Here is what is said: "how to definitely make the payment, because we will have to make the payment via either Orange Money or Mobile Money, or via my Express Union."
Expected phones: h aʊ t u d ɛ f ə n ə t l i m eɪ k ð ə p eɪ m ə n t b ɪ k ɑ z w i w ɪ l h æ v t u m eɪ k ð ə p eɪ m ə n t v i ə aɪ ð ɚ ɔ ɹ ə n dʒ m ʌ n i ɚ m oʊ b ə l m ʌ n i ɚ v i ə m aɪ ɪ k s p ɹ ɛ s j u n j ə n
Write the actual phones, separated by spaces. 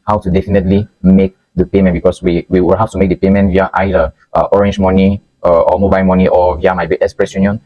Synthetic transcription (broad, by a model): h aʊ t u d ɛ f ə n ə t l i m eɪ k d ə p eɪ m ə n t b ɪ k ɑ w w i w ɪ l h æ f t u m eɪ k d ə p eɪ m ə n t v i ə aɪ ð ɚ ɔ ɹ ə n dʒ m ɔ n i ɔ m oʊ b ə l m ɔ n i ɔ v i ə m aɪ ɪ k s p ɹ ɛ s j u n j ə n